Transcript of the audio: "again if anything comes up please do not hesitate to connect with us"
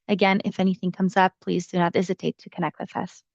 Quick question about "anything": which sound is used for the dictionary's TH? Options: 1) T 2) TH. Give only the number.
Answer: 2